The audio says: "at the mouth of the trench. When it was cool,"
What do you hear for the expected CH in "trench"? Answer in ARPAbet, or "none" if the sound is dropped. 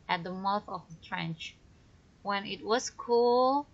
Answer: CH